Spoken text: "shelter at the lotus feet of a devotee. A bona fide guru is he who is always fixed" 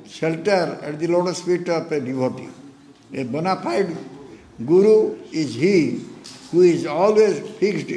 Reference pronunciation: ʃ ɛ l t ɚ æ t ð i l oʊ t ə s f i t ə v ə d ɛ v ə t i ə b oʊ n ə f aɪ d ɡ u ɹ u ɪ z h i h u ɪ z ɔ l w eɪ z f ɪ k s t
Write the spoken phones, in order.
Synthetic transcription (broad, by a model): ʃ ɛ l t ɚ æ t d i l oʊ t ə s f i t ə p ə d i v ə t i ə b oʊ n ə p aɪ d ɡ u ɹ u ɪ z h i h u ɪ z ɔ l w eɪ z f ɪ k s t